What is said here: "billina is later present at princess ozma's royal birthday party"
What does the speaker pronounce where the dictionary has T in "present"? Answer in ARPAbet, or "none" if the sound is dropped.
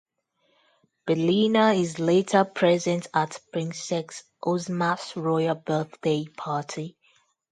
T